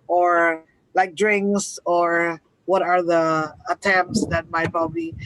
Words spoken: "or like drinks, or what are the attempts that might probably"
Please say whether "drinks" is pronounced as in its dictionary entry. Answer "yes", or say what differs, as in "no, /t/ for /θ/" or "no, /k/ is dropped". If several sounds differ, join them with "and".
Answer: yes